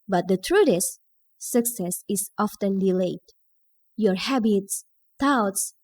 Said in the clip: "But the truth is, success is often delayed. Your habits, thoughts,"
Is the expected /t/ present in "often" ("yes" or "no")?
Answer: yes